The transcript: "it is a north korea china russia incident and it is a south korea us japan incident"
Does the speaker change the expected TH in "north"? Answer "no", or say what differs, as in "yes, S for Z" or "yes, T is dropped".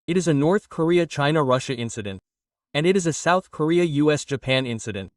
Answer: no